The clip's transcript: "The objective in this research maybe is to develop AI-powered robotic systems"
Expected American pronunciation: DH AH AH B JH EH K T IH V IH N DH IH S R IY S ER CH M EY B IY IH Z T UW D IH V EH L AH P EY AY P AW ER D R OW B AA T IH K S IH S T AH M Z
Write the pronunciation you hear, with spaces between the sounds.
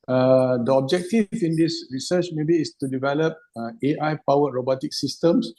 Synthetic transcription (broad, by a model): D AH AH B JH EH K T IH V IH N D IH S R IY S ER CH M EY B IY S T UW D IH V EH L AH P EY AY P AW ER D R OW B AA T IH K S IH S T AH M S